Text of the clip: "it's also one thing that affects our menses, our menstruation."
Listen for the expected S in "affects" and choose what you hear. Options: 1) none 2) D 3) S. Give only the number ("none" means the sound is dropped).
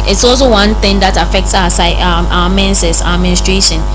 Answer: 3